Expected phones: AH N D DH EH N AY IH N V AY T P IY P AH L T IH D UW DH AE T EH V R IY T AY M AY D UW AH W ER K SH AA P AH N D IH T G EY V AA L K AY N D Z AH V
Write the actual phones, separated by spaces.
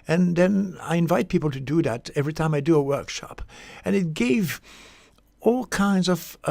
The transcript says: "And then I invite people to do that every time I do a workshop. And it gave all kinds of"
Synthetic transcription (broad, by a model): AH N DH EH N AY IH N V AY T P IY P L T IH D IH DH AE T EH V R IY T AY M AY D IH AH W ER K SH AA P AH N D IH T G EY V AA L K AY N D Z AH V